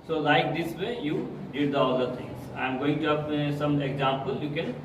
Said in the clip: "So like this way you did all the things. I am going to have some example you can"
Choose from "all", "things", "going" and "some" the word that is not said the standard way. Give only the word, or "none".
things